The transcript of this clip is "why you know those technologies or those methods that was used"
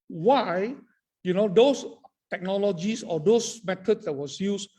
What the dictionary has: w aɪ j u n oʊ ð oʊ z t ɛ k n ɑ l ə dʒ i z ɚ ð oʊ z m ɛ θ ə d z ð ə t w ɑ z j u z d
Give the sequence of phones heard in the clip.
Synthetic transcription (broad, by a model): w aɪ j u n oʊ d oʊ s t ɛ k n ɑ l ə dʒ i s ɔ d oʊ s m ɛ t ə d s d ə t w ɑ s j u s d